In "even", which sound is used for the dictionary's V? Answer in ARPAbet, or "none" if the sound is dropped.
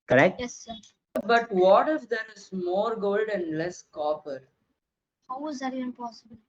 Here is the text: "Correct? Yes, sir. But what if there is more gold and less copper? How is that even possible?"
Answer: none